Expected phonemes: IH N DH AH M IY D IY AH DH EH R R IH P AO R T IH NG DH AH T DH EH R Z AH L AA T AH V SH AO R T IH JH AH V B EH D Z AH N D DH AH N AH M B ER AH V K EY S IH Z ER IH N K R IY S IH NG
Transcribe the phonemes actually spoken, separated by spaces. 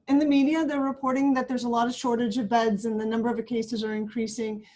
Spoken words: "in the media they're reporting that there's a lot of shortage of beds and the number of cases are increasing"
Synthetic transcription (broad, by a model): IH N DH AH M IY D IY AH DH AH R R IH P AO R T IH NG DH AH T DH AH R Z AH L AA T AH V SH AO R T IH JH AH V B EH D Z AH N DH AH N AH M B ER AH V K EY S IH Z ER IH N K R IY S IH NG